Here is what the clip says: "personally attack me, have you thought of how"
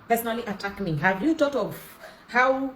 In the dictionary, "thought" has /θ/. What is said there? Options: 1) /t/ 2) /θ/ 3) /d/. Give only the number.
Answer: 1